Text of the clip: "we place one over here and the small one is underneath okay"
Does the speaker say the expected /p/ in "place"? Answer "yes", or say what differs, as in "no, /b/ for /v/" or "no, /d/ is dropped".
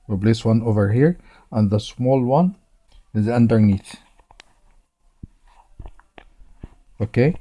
no, /b/ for /p/